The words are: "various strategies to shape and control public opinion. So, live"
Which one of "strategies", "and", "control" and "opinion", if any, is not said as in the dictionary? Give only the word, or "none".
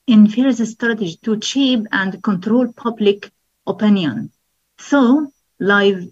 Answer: strategies